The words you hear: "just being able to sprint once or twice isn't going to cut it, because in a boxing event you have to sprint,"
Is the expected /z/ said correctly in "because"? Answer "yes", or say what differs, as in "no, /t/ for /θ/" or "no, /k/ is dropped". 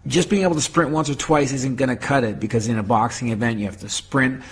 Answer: yes